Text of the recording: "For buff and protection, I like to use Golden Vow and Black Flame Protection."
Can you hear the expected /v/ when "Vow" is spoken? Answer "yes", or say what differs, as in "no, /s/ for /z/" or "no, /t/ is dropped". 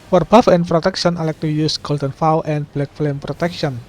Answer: no, /f/ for /v/